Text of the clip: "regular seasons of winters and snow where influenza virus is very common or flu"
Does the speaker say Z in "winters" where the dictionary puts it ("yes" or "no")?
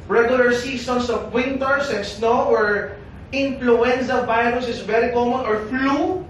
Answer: no